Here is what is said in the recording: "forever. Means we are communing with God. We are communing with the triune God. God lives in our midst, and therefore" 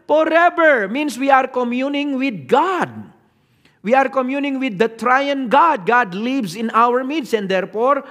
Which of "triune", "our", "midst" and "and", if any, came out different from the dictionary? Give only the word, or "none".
midst